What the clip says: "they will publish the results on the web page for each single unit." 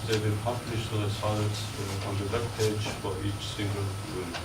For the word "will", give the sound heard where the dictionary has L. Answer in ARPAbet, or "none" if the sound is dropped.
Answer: N